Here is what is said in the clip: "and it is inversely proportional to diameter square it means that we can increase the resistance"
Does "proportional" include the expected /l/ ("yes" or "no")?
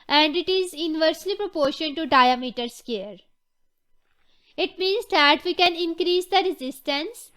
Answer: no